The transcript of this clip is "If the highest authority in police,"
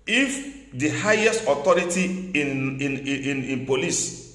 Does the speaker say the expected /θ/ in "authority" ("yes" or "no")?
no